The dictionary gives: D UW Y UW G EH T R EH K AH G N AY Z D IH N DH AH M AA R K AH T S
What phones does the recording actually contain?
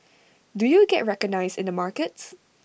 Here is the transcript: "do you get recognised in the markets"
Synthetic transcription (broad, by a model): D UW Y UW G EH T R EH K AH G N AY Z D IH N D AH M AA R K AH T S